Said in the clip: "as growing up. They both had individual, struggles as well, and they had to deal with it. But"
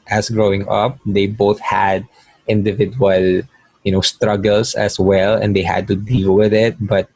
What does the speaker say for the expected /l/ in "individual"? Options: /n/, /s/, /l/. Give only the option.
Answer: /n/